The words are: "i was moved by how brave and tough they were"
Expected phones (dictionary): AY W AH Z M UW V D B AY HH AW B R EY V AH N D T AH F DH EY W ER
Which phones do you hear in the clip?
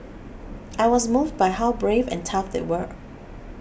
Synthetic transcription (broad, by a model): AY W AH Z M UW V D B AY HH AW B R EY V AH N T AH F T W ER